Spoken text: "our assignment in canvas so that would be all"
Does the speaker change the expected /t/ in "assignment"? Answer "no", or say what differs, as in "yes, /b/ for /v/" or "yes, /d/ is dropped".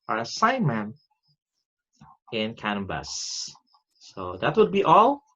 yes, /t/ is dropped